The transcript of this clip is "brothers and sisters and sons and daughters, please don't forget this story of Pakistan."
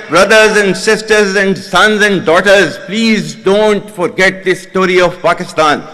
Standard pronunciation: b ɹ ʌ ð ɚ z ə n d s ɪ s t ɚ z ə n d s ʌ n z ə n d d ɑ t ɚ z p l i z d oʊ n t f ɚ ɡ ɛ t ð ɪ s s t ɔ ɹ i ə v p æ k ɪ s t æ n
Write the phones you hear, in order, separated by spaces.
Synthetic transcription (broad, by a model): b ɹ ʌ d ɚ z ə n d s ɪ s t ɚ z ə n d s ʌ n z ə n d d ɑ t ɚ z p l i z d oʊ n t f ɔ ɡ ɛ t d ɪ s s t ɔ ɹ i ə v p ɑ k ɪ s t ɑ n